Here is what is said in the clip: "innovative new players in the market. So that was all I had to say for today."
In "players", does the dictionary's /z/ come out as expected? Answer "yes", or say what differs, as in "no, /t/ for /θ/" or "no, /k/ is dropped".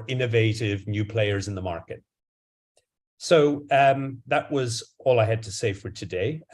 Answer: yes